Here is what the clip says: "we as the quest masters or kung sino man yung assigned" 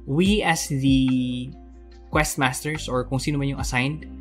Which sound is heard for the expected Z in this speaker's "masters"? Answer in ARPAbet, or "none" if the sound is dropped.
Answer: S